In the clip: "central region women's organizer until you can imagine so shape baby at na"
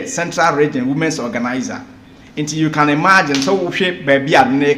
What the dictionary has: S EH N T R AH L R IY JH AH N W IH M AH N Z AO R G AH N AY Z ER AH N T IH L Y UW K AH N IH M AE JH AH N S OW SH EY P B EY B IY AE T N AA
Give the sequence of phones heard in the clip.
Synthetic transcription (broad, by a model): S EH N T R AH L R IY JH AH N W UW M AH N S AO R G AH N AY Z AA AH N T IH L Y UW K AH N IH M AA JH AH N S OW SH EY B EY B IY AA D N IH